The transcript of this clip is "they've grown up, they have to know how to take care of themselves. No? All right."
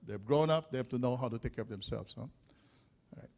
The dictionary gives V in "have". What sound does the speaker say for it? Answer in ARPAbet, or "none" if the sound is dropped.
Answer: F